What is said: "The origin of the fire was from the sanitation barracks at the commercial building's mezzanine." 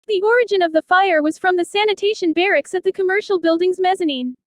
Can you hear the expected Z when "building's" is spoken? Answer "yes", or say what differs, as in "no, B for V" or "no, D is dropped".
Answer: yes